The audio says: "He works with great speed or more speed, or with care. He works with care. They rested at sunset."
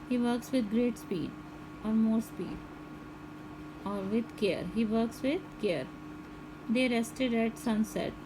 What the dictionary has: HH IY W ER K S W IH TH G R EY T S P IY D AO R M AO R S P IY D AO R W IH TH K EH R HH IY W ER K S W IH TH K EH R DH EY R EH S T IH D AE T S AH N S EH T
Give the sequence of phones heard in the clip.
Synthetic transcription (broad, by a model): HH IY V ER K S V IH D G R EY T S P IY D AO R M AO R S P IY D AO R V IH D K EH R HH IY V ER K S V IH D K EH R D EY R EH S T IH D AE T S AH N S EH T